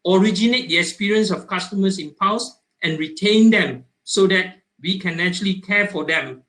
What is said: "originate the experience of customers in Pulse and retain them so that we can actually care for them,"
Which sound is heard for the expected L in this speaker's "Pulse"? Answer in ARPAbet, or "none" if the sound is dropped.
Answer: W